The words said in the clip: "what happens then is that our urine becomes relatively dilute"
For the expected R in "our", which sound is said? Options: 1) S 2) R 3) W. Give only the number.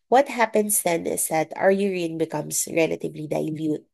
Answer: 2